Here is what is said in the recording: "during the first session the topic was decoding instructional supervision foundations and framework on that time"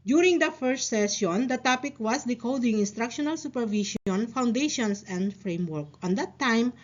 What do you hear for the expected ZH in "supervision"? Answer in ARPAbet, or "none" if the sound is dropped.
SH